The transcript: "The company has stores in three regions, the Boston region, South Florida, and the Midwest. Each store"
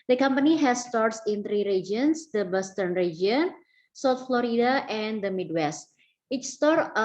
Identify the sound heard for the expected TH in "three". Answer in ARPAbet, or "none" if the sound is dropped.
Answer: T